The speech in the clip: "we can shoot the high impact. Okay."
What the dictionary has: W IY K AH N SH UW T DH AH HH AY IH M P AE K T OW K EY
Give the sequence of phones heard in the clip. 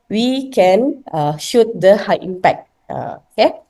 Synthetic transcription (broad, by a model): W IY K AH N SH UW T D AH HH AY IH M P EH K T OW K EY